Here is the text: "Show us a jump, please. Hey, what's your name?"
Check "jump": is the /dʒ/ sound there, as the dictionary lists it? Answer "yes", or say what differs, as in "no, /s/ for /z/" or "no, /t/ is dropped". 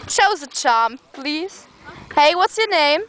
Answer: no, /tʃ/ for /dʒ/